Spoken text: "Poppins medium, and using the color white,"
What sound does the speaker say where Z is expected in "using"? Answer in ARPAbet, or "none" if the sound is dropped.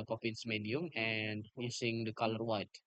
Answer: S